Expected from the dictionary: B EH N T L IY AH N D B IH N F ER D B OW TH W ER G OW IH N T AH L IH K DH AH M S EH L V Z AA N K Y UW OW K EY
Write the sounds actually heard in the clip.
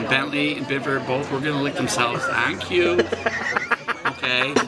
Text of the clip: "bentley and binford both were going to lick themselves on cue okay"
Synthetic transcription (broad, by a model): B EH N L IY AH N B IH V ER B OW TH W ER G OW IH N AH L IH K DH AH M S EH L V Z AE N K Y UW OW K EY